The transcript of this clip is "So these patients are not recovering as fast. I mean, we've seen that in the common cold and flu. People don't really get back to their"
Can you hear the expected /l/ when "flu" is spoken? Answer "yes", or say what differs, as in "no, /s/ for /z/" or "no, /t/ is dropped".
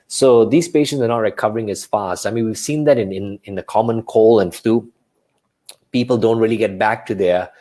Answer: no, /l/ is dropped